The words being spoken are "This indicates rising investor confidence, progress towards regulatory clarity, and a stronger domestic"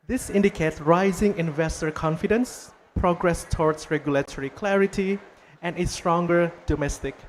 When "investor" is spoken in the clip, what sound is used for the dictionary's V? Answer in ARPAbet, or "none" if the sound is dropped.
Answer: V